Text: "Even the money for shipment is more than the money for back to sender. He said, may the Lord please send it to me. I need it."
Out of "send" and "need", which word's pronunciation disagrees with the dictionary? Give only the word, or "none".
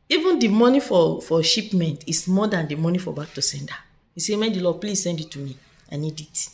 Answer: none